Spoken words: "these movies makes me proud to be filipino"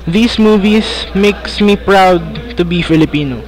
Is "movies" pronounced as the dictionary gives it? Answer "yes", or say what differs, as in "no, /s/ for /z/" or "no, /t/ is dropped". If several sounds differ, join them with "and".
no, /s/ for /z/